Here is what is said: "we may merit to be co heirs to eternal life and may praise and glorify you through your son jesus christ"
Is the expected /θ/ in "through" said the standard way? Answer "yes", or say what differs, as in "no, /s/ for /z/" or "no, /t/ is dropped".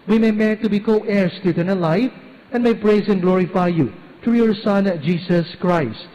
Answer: no, /t/ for /θ/